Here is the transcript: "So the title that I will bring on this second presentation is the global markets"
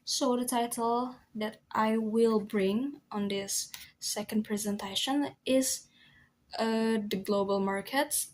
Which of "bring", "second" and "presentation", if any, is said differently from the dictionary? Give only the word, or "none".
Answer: none